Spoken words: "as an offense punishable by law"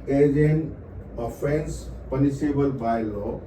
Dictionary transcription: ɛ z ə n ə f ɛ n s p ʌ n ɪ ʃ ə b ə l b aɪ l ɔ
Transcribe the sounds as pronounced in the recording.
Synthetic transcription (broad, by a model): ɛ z ə n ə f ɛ n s p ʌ n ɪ s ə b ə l b aɪ l ɔ